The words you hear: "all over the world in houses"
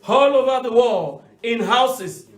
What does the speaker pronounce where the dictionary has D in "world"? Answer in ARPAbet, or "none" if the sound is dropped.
none